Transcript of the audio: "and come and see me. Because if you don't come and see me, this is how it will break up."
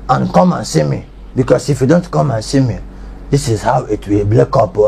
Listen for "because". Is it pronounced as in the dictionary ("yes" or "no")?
no